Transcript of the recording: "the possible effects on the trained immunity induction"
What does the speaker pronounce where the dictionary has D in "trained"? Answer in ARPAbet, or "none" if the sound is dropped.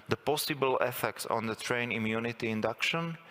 none